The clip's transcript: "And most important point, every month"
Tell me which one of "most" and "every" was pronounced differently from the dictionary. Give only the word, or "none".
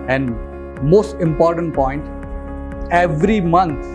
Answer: none